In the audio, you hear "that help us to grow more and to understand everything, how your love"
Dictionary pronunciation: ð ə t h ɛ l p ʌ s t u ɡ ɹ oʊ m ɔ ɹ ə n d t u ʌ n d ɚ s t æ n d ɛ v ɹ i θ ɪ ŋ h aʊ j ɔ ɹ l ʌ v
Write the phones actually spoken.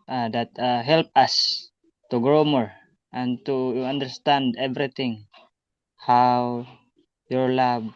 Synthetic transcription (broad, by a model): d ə t h ɛ l p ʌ s t u ɡ ɹ oʊ m ɔ ɹ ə n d t u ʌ n d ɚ s t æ n d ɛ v ɹ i t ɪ ŋ h aʊ j ɔ ɹ l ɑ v